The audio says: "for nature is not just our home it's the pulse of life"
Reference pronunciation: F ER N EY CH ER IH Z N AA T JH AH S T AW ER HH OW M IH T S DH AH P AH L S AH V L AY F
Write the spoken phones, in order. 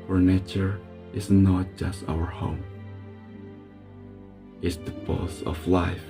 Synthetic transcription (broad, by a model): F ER N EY CH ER IH Z N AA T JH AH S T AW ER HH OW M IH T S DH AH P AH S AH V L AY F